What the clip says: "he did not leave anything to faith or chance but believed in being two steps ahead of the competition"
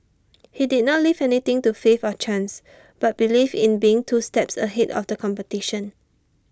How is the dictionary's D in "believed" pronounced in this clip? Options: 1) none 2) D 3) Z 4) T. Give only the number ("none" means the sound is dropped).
1